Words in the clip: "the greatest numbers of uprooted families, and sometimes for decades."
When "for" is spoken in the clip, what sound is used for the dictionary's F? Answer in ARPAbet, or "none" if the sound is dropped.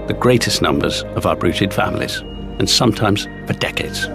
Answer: P